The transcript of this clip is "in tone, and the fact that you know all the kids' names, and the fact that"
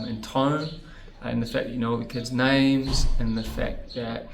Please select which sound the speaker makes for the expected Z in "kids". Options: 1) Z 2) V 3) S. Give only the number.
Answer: 1